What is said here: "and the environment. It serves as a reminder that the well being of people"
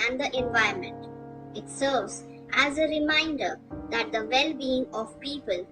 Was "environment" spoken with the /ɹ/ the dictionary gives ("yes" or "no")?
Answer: no